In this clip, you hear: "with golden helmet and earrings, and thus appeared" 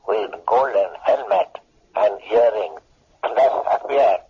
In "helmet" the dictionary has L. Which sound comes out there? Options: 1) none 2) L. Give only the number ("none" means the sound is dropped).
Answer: 2